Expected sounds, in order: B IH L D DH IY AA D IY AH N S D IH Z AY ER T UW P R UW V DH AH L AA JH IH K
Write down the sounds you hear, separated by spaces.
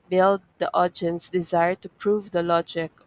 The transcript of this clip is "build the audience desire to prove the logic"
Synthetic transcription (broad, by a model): B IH L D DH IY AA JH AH N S D IH Z AY ER T UW P R UW V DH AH L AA JH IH K